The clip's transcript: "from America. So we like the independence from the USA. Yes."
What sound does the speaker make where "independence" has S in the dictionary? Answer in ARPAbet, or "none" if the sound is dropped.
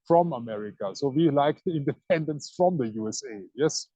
S